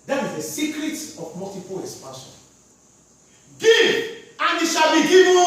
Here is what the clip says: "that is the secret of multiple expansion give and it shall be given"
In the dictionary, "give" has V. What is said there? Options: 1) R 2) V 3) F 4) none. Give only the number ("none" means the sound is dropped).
4